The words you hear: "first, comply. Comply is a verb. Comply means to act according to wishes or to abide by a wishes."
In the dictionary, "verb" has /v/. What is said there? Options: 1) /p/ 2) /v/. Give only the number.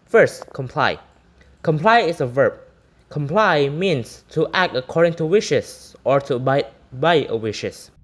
2